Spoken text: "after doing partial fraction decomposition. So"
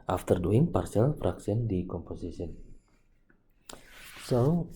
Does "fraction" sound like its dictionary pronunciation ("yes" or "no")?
no